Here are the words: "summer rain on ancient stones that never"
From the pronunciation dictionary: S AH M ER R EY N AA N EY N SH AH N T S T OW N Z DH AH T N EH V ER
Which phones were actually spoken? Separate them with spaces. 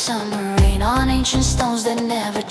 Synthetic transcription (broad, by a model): S AH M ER R EY N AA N EY N SH AH N T S T OW N Z DH AH T N EH V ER